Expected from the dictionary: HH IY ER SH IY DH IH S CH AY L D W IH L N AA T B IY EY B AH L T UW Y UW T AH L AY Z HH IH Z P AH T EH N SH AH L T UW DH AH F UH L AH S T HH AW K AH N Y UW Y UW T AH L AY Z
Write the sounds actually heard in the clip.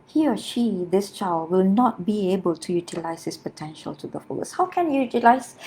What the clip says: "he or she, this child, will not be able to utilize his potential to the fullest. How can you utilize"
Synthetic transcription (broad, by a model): HH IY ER SH IY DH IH S CH AY L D W IH L N AA T B IY EY B AH L T UW Y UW T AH L AY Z HH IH S P AH T EH N SH AH L T UW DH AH F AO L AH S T HH AW K AH N Y UW Y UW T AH L AY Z